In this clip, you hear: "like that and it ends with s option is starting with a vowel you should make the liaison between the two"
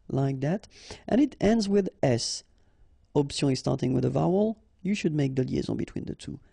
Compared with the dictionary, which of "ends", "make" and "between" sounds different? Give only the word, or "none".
none